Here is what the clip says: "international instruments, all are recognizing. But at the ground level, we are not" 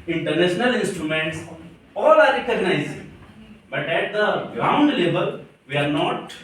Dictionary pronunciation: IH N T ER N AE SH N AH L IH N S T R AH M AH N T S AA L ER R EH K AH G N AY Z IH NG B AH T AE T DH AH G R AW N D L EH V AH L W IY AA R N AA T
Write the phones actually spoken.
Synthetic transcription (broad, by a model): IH N T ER N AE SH N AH L IH N S T R AH M AH N T S AA L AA R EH K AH G N AY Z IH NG B AH T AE T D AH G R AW N D L EH B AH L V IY AA R N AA T